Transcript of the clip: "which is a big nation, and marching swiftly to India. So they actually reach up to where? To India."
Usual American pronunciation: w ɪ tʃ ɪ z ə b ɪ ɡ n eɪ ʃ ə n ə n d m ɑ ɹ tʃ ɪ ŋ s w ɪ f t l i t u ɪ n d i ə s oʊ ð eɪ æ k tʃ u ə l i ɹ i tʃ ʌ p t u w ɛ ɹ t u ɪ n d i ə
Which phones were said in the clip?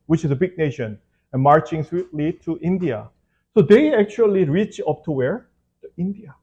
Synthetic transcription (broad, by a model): w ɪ tʃ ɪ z ə b ɪ ɡ n eɪ ʃ ə n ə n m ɑ ɹ tʃ ɪ ŋ s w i t l i t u ɪ n d i ə s oʊ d eɪ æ k tʃ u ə l i ɹ i tʃ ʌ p t u w ɛ ɹ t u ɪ n d i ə